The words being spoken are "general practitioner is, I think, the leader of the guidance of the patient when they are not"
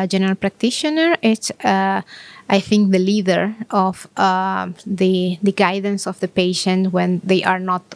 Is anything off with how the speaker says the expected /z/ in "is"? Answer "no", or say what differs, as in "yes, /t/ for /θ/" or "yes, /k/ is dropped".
yes, /s/ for /z/